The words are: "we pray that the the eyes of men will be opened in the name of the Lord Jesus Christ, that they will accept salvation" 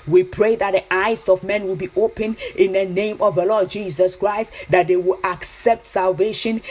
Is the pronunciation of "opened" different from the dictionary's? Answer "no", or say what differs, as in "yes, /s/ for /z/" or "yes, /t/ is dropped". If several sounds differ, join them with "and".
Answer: yes, /d/ is dropped